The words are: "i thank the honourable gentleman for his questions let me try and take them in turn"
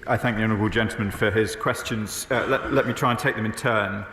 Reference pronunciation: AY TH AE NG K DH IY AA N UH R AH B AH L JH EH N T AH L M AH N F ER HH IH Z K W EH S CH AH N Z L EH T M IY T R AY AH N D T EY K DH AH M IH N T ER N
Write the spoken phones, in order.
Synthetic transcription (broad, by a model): AY TH AE NG K DH IY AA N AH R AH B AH L JH EH N T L M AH N F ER IH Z K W EH S CH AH N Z L EH T M IY T R AY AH N T EY K DH AH M IH N T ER N